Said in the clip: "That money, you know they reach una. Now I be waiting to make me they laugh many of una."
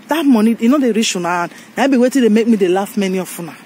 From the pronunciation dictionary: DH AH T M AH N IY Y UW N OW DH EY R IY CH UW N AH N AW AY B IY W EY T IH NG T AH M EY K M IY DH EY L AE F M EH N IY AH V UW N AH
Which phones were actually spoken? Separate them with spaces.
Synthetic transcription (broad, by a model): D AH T M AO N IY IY N OW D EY R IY SH UW N AH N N AY B IY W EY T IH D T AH M EY K M IY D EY L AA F M EH N IY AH F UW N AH